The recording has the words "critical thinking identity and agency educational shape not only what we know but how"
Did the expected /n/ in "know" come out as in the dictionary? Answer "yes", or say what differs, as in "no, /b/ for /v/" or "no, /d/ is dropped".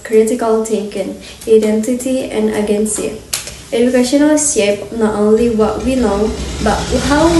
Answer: no, /l/ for /n/